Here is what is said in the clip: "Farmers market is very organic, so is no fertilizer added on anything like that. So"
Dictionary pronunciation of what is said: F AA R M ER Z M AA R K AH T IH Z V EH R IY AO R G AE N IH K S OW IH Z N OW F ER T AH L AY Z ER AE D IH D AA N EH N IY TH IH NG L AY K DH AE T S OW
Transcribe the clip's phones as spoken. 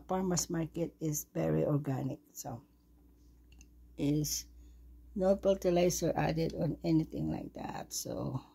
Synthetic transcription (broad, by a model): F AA R M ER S M AA R K AH T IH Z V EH R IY AO R G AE N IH K S OW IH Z N OW P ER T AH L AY S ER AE D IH D AA N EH N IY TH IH NG L AY K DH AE T S OW